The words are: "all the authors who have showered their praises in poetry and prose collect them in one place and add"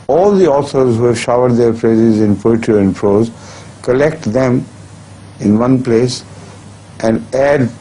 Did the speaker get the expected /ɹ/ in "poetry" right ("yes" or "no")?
no